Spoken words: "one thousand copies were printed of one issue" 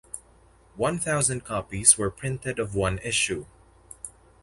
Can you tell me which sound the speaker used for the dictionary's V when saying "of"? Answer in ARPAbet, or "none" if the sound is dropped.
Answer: V